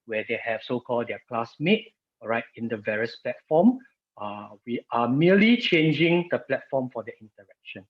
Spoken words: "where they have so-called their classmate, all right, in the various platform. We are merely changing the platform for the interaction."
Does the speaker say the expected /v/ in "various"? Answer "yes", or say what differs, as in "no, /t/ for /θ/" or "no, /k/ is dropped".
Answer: yes